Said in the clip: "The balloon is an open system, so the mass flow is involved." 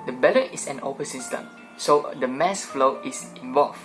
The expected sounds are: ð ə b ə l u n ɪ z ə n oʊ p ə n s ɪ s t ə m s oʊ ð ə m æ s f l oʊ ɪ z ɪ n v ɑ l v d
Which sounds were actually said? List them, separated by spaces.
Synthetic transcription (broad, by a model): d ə b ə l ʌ ɪ s ə n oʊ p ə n s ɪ s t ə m s oʊ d ə m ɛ s f l oʊ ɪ s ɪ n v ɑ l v